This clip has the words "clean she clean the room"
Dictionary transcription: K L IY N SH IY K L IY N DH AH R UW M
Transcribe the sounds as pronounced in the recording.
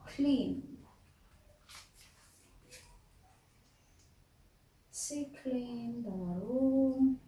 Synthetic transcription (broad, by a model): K L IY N S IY K L IY N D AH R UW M